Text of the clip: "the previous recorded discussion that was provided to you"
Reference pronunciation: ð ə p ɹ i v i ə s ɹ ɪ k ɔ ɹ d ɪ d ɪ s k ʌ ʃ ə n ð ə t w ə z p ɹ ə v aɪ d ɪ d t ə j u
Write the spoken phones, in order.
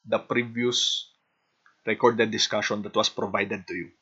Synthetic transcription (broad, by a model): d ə p ɹ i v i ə s ɹ ɪ k ɔ ɹ d ɪ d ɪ s k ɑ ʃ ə n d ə t w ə s p ɹ ə v aɪ d ɪ d t ə j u